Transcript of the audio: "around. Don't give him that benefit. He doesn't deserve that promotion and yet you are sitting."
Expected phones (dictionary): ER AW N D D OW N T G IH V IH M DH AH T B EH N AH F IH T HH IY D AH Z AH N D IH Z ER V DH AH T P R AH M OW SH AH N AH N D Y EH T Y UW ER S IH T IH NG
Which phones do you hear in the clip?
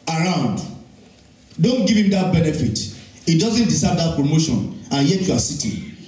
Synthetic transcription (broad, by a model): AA AW N D D OW N T G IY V IH M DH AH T B EH N AH F IH T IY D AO Z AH N D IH S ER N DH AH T P R AH M OW SH AH N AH N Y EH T Y UW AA S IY T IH